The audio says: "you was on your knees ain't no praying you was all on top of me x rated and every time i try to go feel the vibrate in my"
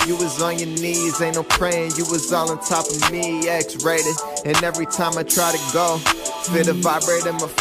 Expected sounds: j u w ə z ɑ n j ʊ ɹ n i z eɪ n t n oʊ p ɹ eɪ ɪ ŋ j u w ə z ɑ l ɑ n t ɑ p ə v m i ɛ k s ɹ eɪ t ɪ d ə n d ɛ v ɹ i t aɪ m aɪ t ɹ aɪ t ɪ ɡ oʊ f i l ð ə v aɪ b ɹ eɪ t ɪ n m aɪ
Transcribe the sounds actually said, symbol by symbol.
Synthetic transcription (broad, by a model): j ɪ w ə z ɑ n j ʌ ɹ n i z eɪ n n oʊ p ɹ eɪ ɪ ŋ j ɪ w ə z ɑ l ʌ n t ɑ p ə v m i ɛ k s ɹ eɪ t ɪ ə n ɛ v ɹ i t aɪ m aɪ t ɹ aɪ t ɪ ɡ oʊ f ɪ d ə v aɪ b ɹ eɪ t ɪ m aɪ